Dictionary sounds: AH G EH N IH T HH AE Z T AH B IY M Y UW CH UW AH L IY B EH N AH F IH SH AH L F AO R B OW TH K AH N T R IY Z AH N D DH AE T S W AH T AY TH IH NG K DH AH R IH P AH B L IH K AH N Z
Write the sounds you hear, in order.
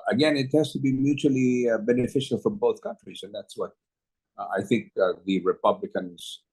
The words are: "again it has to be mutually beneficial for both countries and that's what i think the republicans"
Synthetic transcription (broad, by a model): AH G EH N IH T HH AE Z T AH B IY M Y UW CH UW AH L IY B EH N AH F IH SH AH L F AO R B OW TH K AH N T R IY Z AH N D DH AE T S W AH T AY TH IH NG K DH AH R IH P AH B L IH K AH N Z